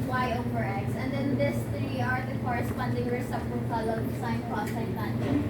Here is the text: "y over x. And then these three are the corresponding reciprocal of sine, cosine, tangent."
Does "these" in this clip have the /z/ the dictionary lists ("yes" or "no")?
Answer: no